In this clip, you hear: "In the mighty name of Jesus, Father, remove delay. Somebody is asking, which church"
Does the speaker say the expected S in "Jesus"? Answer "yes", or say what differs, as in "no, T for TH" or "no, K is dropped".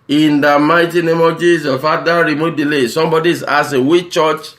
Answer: no, S is dropped